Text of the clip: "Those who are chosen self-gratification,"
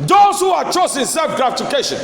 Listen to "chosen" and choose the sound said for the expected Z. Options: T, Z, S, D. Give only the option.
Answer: S